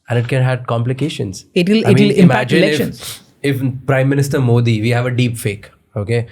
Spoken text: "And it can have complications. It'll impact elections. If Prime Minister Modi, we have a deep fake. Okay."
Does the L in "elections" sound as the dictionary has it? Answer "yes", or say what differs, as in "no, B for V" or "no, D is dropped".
no, L is dropped